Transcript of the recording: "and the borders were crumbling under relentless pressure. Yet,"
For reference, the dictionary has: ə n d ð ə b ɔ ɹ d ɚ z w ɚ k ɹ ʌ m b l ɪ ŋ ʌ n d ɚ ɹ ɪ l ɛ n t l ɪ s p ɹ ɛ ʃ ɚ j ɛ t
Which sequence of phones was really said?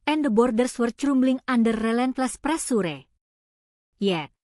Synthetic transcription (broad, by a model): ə n d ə b ɔ ɹ d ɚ s w ɚ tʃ ɹ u m b l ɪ ŋ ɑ n d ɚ ɹ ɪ l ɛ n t l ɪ s p ɹ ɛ s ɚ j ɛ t